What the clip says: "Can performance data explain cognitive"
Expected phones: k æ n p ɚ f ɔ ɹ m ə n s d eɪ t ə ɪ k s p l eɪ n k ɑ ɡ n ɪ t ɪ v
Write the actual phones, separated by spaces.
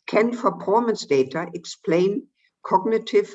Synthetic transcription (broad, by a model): k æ n f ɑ p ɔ m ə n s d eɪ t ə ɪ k s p l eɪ n k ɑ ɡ n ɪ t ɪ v